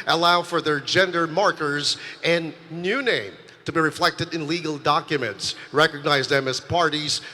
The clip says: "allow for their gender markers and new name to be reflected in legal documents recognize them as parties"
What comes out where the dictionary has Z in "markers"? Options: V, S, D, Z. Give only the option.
Z